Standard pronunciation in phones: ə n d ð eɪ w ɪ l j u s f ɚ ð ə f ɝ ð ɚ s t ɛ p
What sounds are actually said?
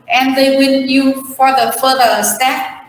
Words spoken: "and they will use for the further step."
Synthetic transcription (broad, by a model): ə n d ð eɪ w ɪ n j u f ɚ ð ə f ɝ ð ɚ s t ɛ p